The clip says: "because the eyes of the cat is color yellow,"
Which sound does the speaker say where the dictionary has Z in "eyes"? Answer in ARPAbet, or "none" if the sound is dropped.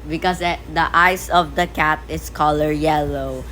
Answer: S